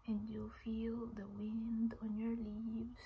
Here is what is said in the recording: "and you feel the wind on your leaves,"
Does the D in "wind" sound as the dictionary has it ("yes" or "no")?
yes